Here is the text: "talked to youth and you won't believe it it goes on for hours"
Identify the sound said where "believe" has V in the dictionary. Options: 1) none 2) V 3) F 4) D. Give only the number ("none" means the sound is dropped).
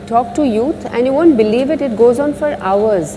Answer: 2